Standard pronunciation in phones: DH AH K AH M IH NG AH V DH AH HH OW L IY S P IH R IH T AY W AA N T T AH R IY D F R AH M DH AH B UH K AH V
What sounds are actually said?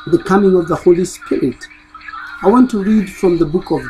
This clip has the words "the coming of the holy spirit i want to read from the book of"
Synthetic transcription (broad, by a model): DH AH K AH M IH NG AH V DH AH HH OW L IY S P IH R IH T AY W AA N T T AH R IY D F R AH M DH AH B UH K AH V